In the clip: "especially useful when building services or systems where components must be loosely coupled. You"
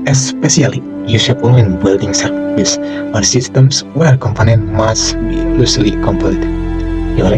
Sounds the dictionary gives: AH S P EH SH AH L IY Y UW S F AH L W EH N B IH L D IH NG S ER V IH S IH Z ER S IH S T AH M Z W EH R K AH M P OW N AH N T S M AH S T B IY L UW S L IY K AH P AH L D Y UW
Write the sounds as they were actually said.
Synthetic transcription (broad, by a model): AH S P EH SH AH L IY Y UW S AH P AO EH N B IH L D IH NG S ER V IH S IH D S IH S T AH M S W EH R K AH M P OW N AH N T M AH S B IY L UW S L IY K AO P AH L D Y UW